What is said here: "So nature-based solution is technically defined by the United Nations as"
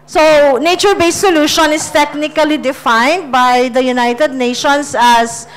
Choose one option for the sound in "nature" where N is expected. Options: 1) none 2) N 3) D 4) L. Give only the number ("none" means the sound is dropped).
2